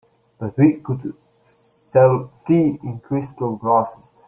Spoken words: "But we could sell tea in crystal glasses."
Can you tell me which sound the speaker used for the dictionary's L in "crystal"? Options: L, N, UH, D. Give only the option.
L